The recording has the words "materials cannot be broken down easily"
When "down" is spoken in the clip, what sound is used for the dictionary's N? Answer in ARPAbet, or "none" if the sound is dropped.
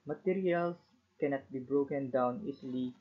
N